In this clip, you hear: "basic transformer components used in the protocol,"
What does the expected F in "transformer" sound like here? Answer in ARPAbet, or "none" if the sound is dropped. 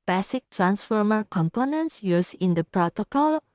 F